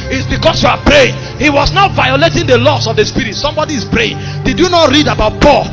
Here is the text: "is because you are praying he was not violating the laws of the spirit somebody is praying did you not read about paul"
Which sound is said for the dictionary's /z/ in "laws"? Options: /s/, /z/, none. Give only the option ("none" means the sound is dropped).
/s/